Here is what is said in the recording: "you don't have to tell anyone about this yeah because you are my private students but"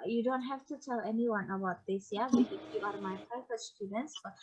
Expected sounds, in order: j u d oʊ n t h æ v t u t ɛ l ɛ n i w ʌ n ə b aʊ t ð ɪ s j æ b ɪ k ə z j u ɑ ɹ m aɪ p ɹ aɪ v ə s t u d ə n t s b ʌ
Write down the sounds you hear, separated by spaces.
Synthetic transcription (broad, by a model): j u d oʊ n t h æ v t u t ɛ l ɛ n i w ʌ n ə b aʊ t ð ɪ s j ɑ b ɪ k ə j u ɑ ɹ m aɪ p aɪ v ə s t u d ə n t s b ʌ